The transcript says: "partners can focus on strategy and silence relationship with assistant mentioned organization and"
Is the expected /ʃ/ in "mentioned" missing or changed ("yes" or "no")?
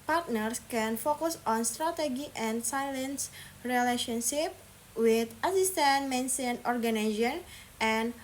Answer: yes